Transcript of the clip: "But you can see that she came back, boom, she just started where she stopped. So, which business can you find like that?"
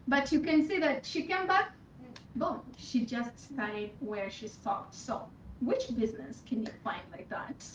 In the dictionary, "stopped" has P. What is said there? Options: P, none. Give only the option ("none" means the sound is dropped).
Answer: none